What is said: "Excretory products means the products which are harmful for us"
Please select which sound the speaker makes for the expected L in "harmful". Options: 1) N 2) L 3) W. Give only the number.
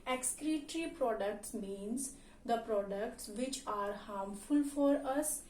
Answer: 2